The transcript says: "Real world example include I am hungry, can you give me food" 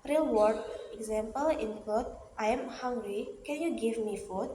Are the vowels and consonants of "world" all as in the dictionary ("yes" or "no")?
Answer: no